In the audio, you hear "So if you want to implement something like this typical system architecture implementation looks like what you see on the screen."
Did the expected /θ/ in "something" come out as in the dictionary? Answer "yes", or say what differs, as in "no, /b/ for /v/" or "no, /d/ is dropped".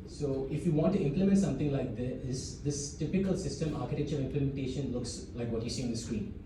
no, /t/ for /θ/